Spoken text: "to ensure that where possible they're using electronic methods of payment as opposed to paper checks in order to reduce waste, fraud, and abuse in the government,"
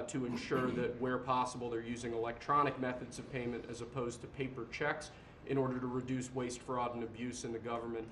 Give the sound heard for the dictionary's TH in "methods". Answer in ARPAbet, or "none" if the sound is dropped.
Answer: TH